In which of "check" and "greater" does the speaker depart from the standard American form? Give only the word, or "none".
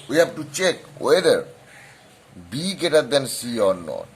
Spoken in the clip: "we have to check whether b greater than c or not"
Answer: greater